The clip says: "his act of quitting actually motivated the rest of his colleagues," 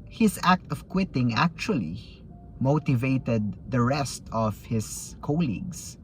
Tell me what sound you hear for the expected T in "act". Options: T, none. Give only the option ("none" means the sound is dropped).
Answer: T